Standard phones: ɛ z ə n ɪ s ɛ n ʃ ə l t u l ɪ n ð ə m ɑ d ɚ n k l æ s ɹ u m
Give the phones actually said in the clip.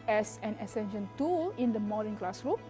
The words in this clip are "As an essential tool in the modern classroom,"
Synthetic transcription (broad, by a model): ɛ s ə n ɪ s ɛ n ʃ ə n t u ɪ n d ə m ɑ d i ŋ k l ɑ s ɹ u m